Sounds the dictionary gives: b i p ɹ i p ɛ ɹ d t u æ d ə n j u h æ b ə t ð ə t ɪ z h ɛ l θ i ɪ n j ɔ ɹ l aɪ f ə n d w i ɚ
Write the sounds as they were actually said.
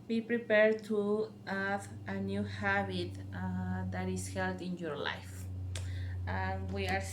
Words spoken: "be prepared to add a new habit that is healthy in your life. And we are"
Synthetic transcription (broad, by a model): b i p ɹ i p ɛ ɹ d t u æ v ə n j u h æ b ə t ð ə t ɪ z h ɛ l t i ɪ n j ɔ ɹ l aɪ f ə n w i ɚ